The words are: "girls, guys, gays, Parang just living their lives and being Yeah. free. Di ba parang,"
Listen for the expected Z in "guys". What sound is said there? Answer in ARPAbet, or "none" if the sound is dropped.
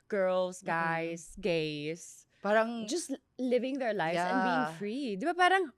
S